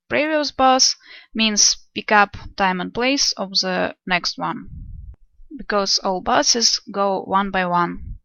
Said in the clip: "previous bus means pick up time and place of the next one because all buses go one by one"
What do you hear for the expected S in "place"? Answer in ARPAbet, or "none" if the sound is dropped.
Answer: S